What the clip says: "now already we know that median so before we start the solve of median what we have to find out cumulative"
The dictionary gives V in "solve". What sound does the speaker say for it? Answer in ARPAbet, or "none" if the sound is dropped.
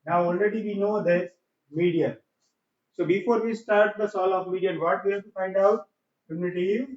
none